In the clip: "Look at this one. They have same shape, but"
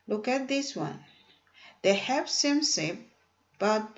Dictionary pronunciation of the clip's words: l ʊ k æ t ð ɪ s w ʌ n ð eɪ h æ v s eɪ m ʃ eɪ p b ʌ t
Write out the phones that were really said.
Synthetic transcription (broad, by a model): l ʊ k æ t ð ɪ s w ʌ n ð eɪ h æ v s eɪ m s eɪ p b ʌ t